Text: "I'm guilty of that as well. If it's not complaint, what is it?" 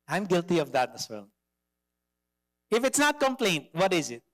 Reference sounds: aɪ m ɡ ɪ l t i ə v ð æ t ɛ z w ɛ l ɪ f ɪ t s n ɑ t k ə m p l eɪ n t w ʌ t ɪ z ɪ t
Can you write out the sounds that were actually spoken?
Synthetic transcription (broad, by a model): aɪ m ɡ ɪ l t i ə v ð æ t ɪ s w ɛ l ɪ f ɪ t s n ɑ t k ə m p l eɪ n t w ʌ t ɪ z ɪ t